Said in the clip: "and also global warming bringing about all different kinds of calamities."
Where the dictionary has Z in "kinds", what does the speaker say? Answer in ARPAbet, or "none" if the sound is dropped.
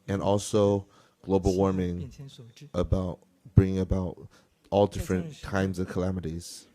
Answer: Z